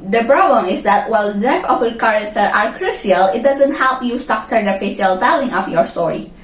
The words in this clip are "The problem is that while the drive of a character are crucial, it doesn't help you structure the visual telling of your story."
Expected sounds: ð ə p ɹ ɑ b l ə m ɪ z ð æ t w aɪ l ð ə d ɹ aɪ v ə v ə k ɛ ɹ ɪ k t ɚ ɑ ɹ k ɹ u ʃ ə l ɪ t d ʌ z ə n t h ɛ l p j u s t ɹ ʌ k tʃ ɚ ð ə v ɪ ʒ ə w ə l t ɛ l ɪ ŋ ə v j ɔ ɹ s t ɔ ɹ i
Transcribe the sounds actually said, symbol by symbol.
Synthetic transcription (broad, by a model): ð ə p ɹ ɑ b l ə m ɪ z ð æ t w aɪ l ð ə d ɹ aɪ f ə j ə k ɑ ɹ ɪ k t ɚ ɑ ɹ k ɹ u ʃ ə l ɪ t d ʌ z ə n t h ɛ l p j u s t ʌ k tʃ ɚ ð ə f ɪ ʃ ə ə l t ɛ l ɪ ŋ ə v j ɔ ɹ s t ɔ ɹ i